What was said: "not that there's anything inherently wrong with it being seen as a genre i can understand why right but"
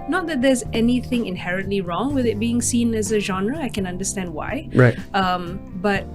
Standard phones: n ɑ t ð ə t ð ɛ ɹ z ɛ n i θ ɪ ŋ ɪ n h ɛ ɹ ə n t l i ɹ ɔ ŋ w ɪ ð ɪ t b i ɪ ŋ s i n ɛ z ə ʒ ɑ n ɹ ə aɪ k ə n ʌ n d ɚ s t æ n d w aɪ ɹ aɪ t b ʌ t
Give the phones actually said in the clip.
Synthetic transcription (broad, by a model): n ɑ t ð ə t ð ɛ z ɛ n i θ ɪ ŋ ɪ n h ɛ ɹ ə n t l i ɹ ɔ ŋ w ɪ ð ɪ t b i ɪ ŋ s i n ɛ z ə ʒ ɑ n ɹ ə aɪ k ə n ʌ n d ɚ s t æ n d w aɪ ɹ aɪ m b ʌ t